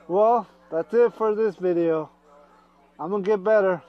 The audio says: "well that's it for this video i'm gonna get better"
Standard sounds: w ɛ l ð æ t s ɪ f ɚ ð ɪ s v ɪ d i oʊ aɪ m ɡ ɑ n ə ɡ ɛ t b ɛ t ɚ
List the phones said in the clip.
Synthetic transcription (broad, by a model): w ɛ l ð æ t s ɪ f ɚ ð ɪ s v ɪ d i oʊ aɪ m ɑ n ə ɡ ɛ t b ɛ t ɚ